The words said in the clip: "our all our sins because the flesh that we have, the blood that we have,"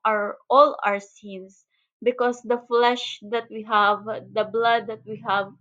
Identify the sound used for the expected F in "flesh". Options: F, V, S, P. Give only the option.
F